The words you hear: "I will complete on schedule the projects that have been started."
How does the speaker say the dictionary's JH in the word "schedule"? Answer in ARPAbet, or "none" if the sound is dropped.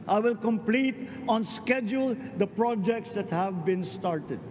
JH